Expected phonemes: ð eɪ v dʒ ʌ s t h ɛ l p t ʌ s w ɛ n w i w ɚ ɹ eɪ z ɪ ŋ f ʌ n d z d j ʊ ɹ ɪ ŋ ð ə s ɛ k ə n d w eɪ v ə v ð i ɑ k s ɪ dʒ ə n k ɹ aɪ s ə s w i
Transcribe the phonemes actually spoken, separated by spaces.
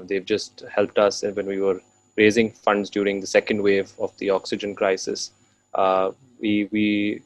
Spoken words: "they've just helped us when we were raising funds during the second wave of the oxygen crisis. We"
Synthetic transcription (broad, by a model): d eɪ v dʒ ʌ s t h ɛ l p t ʌ s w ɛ n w i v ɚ ɹ eɪ z ɪ ŋ f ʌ n d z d j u ɹ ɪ ŋ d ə s ɛ k ə n d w eɪ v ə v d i ɑ k s ɪ dʒ ə n k ɹ aɪ s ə s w i